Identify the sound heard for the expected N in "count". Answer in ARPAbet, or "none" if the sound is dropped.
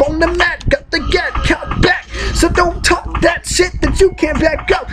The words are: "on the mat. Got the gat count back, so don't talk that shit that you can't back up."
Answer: none